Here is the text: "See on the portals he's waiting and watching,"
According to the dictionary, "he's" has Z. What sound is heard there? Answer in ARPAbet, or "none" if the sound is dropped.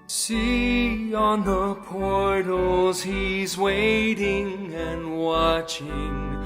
Z